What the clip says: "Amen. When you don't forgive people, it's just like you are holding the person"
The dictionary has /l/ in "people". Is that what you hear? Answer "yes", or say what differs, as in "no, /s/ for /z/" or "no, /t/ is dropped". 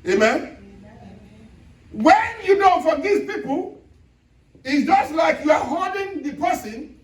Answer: yes